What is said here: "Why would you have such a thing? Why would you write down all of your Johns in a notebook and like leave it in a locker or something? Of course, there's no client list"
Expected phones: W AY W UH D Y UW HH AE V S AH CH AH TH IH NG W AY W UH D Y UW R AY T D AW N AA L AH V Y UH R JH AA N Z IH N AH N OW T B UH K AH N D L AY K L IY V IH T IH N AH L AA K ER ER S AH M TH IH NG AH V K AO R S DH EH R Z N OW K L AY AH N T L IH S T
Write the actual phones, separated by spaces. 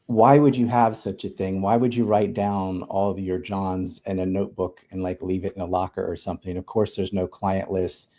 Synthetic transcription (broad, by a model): W AY W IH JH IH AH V S AH CH AH TH IH NG W AY W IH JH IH R AY T D AW N AA L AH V Y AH R JH AA N Z IH N AH N OW T B UH K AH N L AY K L IY V IH T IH N AH L AA K ER ER S AH M TH IH NG AH V K AO R S DH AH R Z N OW K L AY AH N T L IH S T